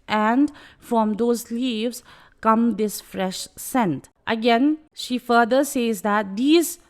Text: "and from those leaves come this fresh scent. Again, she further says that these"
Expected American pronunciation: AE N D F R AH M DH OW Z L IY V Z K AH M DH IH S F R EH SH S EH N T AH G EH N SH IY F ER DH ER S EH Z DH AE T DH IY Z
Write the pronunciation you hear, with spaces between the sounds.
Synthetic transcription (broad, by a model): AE N D F R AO M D OW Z L IY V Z K AH M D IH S F R EH SH S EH N T AH G EH N SH IY F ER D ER S EH Z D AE T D IY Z